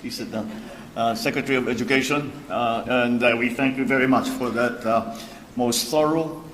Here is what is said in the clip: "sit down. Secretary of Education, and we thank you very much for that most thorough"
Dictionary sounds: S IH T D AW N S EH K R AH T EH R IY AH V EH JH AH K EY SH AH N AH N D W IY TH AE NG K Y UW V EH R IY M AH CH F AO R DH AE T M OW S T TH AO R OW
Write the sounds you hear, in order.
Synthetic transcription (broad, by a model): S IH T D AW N S EH K R AH T EH R IY AH V EH JH AH K EY SH AH N AH N D W IY TH AE NG K Y UW V EH R IY M AH CH F AO R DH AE T M OW S T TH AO R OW